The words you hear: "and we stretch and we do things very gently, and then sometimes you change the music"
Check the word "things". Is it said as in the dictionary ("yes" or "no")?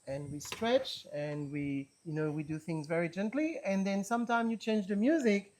yes